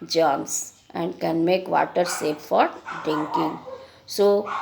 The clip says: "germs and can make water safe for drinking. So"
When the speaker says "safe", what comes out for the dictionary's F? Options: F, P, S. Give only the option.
P